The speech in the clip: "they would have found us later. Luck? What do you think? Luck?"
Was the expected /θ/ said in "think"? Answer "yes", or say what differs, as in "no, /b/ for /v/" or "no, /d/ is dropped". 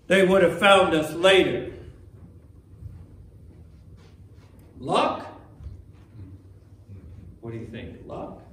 yes